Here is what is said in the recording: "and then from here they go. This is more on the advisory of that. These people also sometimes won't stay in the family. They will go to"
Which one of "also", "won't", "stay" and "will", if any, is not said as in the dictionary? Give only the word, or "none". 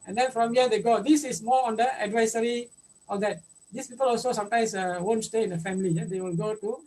none